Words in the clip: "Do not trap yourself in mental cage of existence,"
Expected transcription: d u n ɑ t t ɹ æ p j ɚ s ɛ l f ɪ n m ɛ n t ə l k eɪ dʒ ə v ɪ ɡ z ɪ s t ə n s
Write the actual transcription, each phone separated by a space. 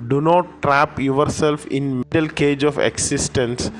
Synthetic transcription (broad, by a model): d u n ɑ t t ɹ æ p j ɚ s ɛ l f ɪ n m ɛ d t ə l k eɪ dʒ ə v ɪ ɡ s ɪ s t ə n s